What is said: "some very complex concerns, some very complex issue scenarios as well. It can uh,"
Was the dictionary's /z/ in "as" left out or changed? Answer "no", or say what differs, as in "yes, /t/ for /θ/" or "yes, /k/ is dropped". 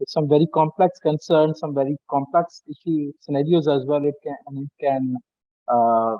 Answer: no